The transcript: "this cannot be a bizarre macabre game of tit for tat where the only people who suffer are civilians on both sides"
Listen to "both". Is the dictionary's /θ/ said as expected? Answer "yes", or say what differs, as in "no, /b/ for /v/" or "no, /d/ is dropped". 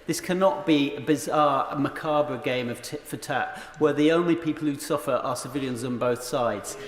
yes